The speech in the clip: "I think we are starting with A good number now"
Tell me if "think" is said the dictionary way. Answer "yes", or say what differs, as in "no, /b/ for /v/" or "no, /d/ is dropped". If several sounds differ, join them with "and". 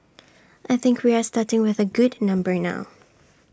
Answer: yes